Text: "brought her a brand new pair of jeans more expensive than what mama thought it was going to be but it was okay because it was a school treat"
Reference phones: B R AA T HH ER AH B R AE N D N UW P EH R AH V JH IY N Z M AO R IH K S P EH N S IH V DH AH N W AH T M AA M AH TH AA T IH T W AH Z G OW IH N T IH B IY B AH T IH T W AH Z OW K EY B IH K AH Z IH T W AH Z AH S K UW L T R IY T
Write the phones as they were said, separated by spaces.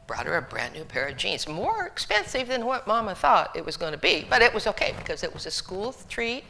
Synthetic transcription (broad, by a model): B R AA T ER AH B R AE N N UW P EH R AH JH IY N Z M AO R IH K S P EH N S IH V DH AH N W AH T M AA M AH TH AA T IH T W AH Z G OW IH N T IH B IY B AH T IH T W AH Z OW K EY B IH K AH Z IH T W AH Z AH S K UW L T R IY T